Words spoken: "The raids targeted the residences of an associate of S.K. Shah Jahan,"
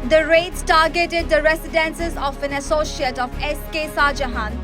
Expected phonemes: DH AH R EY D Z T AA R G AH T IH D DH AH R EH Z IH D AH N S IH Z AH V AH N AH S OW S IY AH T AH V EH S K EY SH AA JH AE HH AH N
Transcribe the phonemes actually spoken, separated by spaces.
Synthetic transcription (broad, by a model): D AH R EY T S T AA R G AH T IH D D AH R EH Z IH D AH N S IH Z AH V AH N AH S OW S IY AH T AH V EH S K EY S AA JH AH HH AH N